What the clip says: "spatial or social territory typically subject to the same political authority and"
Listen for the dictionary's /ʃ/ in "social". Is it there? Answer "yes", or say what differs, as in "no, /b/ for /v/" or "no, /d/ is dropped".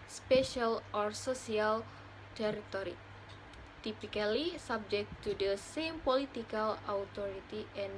no, /s/ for /ʃ/